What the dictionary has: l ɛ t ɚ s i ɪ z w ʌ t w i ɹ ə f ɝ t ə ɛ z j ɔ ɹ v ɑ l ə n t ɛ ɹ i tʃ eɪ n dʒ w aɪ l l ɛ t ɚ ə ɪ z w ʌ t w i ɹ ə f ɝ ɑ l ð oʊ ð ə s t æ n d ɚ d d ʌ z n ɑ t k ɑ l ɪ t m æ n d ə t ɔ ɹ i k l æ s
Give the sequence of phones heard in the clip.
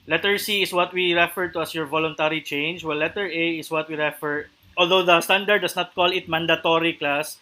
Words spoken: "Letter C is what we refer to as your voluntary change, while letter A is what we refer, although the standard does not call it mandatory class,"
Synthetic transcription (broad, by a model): l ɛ t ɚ s i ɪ s w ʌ t w i ɹ ə f ɝ t ə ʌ s j ɔ ɹ v ɑ l ə n t ɛ ɹ i tʃ eɪ n dʒ w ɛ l l ɛ t ɚ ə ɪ s w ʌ t w i ɹ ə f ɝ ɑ l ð oʊ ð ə s t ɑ n d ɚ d d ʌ s n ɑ t k ɑ l ɪ t m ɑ n d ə t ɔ ɹ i k l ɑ s